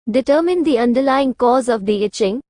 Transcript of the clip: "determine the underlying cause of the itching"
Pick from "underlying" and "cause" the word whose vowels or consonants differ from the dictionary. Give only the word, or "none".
none